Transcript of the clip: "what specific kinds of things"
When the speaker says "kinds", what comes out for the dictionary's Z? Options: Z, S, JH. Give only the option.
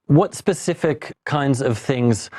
Z